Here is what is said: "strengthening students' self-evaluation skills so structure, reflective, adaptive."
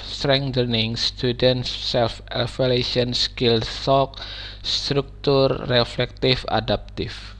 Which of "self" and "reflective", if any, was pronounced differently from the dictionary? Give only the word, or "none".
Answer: reflective